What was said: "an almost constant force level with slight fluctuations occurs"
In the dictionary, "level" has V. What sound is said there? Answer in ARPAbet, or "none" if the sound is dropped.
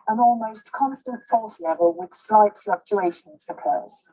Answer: V